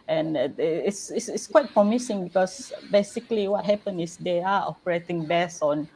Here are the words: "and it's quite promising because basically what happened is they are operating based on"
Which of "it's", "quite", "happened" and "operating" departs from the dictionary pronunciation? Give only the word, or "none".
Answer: happened